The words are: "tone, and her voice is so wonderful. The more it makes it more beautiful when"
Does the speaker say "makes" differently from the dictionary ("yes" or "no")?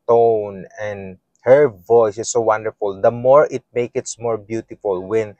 yes